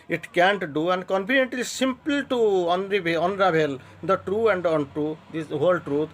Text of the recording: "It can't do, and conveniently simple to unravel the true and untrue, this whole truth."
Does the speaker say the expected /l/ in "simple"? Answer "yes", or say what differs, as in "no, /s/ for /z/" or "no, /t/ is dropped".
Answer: no, /n/ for /l/